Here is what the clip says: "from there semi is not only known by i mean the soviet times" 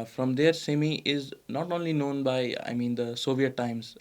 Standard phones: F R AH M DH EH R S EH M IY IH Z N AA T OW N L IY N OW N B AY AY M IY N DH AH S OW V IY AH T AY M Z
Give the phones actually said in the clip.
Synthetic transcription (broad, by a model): F R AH M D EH R S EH M IY IH Z N AA T OW N L IY N OW N B AY AY M IY N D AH S OW V IY AH T AY M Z